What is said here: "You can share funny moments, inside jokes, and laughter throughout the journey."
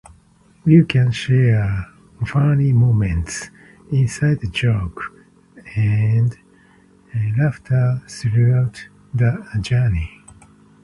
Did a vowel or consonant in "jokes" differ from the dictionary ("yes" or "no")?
yes